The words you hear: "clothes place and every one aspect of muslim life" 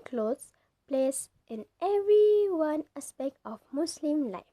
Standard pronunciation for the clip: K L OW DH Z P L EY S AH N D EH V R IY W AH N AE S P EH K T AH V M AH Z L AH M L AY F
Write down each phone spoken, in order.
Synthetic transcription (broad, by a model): K L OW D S P L EY S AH N EH V R IY W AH N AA S P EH K T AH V M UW S L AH M L AY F